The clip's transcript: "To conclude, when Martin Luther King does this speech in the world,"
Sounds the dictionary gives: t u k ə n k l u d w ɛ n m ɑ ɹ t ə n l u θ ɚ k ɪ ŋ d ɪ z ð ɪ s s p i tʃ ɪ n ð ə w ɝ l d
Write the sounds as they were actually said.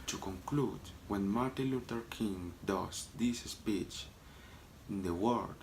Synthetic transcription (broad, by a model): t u k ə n k l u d w ɛ n m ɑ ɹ t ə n l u t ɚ k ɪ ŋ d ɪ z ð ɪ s s p i tʃ ɪ n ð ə w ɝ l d